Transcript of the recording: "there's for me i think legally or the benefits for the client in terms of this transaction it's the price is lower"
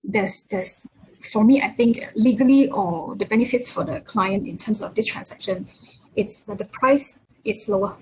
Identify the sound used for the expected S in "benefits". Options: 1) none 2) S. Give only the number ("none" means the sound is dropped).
2